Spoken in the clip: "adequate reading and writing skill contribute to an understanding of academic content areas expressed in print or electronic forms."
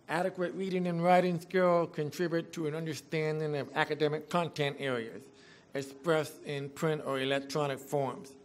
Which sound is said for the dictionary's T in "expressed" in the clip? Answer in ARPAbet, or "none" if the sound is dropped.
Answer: none